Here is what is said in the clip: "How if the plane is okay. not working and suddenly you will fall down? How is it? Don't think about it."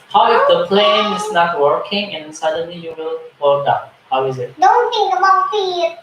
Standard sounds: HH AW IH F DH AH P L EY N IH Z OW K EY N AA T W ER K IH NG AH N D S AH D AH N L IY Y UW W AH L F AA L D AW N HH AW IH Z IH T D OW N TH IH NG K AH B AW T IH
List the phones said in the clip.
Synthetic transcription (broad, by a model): HH AW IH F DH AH P L EY N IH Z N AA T W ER K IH NG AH N S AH D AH N L IY Y UW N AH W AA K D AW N HH AW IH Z IH T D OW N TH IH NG AH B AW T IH